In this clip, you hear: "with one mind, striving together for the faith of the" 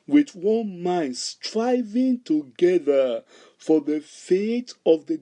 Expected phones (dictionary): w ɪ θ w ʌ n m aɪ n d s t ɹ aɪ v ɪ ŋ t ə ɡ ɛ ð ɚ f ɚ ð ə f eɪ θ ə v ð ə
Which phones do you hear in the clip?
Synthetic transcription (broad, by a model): w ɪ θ w ʌ n m aɪ n d s t ɹ aɪ v ɪ ŋ t ə ɡ ɛ ð ɚ f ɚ ð ə f eɪ t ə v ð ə